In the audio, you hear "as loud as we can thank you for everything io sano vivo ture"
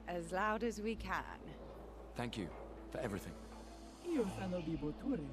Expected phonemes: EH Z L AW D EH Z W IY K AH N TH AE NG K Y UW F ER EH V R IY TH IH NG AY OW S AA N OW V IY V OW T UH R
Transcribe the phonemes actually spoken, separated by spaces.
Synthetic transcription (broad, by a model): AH Z L AW D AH Z W IY K AH N TH AE NG K Y UW F ER EH V R IY TH IH NG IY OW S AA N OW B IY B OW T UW R